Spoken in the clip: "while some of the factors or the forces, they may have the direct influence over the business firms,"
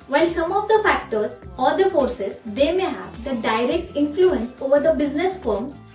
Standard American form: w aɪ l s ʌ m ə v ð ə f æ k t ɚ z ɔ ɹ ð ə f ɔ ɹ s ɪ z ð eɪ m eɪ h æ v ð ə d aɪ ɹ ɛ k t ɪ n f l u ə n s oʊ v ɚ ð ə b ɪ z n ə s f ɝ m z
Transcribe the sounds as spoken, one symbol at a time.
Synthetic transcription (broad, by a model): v aɪ l s ʌ m ə v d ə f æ k t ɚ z ɔ ɹ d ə f ɔ ɹ s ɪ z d eɪ m eɪ h æ v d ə d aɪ ɹ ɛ k t ɪ n f l u ə n s oʊ v ɚ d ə b ɪ z n ə s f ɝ m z